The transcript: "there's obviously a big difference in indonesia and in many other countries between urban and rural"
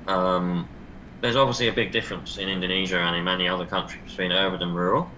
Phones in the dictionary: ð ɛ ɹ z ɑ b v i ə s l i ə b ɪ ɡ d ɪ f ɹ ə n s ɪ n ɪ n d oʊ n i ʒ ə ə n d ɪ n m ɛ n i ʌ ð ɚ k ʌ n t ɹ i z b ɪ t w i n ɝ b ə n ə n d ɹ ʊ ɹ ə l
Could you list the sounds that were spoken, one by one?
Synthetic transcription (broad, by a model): ð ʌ z ɑ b v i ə s l i ə b ɪ ɡ d ɪ f ɹ ə n s ɪ n ɪ n d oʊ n i ʒ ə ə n ɪ n m ɛ n i ʌ ð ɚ k ʌ n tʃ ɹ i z b ɪ t w i n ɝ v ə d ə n ɹ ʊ ɹ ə l